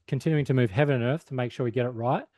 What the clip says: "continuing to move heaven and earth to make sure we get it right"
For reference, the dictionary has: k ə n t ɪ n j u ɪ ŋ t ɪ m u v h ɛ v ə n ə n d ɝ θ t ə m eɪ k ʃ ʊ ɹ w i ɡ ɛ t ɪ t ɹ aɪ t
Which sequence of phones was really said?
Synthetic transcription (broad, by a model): k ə n t ɪ n j u ɪ ŋ t ɪ m u v h ɛ v ə n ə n ɝ θ t ə m eɪ k ʃ ʊ ɹ w i ɡ ɛ t ɪ t ɹ aɪ t